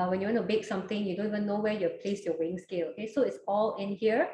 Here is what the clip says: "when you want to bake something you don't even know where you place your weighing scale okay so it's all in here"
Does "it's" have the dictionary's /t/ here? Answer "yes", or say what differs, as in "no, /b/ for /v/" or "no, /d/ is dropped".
yes